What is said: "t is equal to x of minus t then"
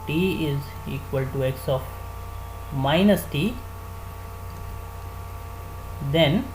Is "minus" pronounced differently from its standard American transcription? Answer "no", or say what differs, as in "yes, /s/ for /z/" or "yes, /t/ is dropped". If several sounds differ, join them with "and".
no